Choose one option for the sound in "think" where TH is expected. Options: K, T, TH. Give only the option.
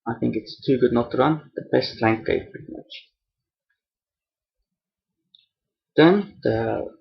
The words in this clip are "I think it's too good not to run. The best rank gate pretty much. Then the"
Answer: TH